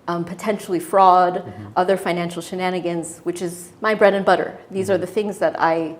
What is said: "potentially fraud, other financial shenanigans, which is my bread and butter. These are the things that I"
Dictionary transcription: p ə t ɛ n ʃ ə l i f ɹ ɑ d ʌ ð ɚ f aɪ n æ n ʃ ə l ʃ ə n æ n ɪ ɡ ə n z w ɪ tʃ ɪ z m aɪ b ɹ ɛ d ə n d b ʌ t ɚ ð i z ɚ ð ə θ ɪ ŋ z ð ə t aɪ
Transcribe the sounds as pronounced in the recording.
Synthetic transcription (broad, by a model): p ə t ɛ n ʃ l i f ɹ ɑ d ʌ ð ɚ f aɪ n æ n ʃ l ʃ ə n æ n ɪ ɡ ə n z w ɪ tʃ ɪ z m aɪ b ɹ ɛ d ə n b ʌ t ɚ ð i z ɚ ð ə θ ɪ ŋ z ð ə t aɪ